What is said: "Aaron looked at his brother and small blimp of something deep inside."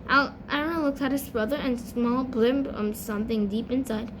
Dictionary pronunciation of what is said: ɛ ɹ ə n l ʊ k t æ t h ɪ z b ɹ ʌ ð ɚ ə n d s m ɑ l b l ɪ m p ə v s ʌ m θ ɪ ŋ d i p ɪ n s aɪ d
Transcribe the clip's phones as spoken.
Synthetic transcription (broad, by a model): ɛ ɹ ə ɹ l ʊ k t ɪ t h ɪ z b ɹ ʌ ð ɚ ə n s m ɑ l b l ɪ m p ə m s ʌ m θ ɪ ŋ d i p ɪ n s aɪ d